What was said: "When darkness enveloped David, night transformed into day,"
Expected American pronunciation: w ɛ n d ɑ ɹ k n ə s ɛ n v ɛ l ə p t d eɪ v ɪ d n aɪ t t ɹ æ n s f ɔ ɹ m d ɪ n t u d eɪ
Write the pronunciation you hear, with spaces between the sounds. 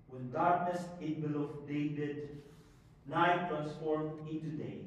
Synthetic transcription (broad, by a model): w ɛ n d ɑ ɹ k n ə s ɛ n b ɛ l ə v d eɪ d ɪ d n aɪ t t ɹ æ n s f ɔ ɹ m ɪ n t u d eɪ